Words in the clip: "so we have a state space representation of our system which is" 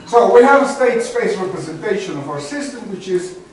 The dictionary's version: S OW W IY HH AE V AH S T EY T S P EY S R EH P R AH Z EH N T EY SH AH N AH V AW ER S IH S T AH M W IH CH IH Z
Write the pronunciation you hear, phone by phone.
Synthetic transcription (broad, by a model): S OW W IY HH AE V AH S T EY T S P EY S R EH P R AH Z EH N T EY SH AH N AH V AW ER S IH S T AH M W IH CH IH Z